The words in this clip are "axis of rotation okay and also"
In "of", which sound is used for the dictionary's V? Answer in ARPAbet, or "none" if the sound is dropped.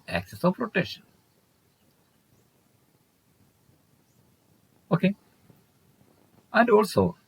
P